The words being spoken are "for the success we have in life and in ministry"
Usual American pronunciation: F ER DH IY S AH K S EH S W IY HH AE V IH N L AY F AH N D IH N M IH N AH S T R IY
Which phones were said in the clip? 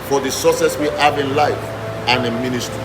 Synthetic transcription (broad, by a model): F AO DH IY S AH S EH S W IY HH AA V IH N L AY F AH N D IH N M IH N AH S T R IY